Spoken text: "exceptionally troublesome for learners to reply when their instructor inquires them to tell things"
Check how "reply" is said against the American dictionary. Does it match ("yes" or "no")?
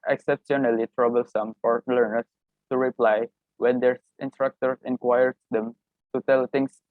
yes